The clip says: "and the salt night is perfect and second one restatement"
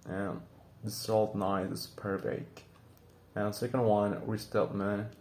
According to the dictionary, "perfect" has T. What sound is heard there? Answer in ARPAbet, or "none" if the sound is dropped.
none